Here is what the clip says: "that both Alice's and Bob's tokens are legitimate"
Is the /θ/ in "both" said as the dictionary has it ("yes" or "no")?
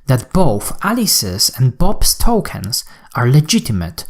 yes